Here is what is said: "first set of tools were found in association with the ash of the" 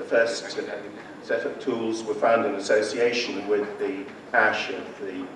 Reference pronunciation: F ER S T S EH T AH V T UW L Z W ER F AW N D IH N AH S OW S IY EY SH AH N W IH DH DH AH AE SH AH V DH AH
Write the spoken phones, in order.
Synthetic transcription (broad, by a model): F ER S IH S EH T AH P T UW L Z W ER F AW N D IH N AH S OW S IY EY SH AH N W IH DH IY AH AE SH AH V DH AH